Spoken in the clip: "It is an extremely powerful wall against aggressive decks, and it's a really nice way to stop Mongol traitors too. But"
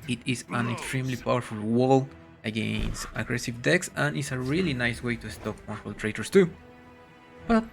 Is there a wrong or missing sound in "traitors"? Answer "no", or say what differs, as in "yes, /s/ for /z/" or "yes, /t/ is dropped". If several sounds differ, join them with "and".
yes, /s/ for /z/